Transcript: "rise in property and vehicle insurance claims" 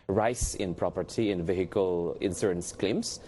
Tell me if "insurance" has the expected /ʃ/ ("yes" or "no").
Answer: no